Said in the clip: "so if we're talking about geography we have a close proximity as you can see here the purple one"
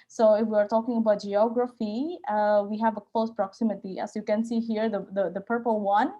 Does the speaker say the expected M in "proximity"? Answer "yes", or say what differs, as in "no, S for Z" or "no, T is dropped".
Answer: yes